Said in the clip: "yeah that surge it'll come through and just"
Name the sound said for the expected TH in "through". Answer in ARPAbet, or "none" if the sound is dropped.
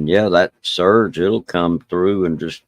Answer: TH